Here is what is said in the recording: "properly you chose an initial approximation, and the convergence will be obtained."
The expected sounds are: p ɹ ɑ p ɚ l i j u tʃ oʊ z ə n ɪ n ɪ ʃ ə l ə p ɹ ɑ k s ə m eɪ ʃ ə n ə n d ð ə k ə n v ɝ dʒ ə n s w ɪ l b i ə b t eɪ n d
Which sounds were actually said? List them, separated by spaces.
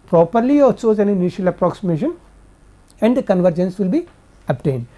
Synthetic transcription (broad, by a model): p ɹ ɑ p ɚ l i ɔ s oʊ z ə n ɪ n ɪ ʃ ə l ə p ɹ ɑ k s ə m eɪ ʃ ə n ə n d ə k ə n v ɝ dʒ ə n s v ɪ l b i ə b t eɪ n d